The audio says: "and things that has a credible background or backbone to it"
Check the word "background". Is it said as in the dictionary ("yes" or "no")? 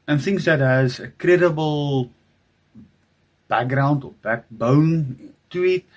yes